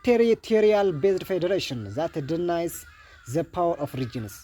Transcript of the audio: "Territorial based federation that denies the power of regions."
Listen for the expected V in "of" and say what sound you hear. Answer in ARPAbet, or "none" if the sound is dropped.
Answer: F